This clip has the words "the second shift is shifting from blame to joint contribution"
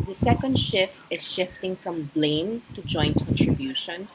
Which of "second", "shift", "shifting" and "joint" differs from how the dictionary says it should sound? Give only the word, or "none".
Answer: none